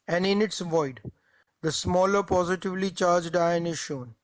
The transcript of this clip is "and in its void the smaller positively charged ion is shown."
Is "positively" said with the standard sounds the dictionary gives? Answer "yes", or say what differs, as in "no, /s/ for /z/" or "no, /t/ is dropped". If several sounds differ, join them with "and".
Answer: yes